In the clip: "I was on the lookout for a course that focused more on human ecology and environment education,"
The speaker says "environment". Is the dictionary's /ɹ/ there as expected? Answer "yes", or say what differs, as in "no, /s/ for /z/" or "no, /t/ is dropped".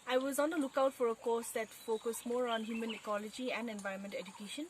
no, /ɹ/ is dropped